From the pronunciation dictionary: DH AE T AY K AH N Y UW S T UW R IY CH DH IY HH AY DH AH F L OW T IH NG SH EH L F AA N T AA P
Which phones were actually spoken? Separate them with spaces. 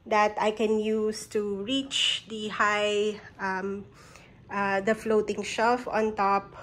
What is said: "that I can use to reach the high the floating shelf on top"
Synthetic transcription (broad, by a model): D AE T AY K AH N Y UW S T UW R IY CH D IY HH AY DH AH F L OW T IH NG SH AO F AA N T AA P